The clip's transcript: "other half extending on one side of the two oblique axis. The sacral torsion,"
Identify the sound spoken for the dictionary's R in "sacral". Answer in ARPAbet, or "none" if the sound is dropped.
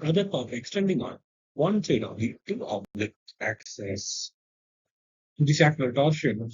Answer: L